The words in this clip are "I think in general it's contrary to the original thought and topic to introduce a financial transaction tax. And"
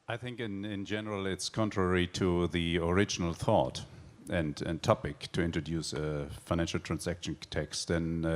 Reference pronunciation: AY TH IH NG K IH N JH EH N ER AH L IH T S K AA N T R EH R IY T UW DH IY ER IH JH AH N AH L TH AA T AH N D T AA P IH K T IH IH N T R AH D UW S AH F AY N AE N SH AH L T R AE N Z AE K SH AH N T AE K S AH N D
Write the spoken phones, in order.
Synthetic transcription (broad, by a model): AY TH IH NG K IH N JH EH N ER AH L IH T S K AA N T R EH R IY T UW DH IY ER IH JH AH N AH L TH AA T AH N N T AA P IH K T IH IH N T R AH D UW S AH F AY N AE N SH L T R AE N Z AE K SH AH N T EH K S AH N